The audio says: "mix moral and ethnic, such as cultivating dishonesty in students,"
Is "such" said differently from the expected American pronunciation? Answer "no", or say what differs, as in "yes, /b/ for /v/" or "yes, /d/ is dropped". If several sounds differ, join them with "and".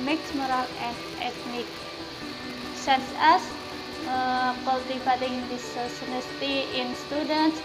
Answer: yes, /s/ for /tʃ/